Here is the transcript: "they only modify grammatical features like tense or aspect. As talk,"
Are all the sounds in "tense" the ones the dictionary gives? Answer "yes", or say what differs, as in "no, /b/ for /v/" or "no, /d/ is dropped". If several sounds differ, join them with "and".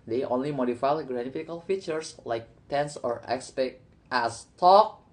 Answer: yes